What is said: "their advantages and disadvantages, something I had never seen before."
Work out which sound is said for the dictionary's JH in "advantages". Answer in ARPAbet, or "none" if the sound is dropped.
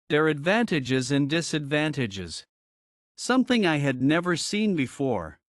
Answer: JH